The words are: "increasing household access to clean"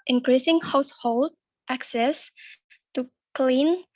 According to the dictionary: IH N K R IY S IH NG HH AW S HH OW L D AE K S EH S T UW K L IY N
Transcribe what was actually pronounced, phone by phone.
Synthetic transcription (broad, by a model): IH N K R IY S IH NG HH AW S HH OW L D AE K S EH S T UW K L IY N